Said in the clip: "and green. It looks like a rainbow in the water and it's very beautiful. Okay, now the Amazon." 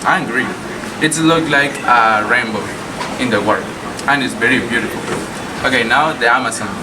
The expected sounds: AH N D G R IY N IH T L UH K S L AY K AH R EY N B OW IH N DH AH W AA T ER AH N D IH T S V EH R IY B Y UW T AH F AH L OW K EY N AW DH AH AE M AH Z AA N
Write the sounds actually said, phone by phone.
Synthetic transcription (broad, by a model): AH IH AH G R IY IH T L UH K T L AY K AH R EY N B OW IH N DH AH W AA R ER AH N IH T S V EH R IY B Y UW T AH F L OW K EY N AW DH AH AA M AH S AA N